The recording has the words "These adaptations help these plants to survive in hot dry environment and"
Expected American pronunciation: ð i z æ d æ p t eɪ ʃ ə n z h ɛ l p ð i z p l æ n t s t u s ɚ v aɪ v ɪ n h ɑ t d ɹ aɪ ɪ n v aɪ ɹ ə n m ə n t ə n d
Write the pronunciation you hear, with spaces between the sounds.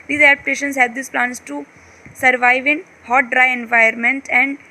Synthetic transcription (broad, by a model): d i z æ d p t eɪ ʃ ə n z h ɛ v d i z p l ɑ n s t u s ɚ v aɪ v ɪ n h ɑ t d ɹ aɪ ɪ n v aɪ ə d m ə n t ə n d